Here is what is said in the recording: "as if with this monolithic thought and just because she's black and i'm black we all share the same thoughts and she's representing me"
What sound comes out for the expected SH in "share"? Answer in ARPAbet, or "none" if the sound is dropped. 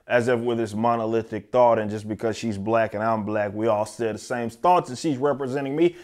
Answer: S